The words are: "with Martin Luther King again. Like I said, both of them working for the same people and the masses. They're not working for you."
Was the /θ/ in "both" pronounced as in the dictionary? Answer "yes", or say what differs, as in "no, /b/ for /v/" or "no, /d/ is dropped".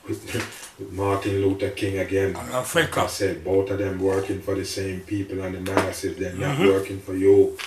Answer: no, /t/ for /θ/